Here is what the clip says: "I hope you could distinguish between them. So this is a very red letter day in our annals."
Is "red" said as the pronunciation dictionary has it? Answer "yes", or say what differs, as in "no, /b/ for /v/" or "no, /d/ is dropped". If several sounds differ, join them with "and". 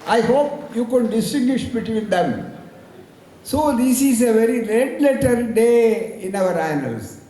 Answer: no, /l/ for /ɹ/